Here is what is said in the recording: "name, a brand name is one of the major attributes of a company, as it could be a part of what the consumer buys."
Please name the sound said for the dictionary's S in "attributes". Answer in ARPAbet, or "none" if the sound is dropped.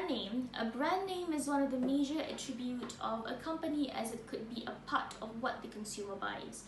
none